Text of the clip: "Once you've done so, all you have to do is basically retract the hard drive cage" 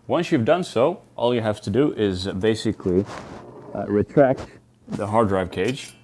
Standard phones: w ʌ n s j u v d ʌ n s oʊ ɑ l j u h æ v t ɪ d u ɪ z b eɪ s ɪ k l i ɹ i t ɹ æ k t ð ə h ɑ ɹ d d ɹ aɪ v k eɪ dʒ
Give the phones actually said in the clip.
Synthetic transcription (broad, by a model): w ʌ n s j u v d ʌ n s oʊ ɑ l j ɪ h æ f t ɪ d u ɪ z b eɪ s ɪ k l i ɹ i t ɹ æ k t ð ə h ɑ ɹ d d ɹ aɪ v k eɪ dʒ